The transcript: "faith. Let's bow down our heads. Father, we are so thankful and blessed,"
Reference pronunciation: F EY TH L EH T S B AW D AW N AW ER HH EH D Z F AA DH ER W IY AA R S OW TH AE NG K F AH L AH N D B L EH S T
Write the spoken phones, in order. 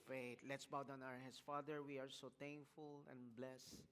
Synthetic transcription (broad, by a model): F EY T L EH T S B AW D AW N AW ER HH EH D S F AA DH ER W IY AA R S OW T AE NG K F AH L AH N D B L EH S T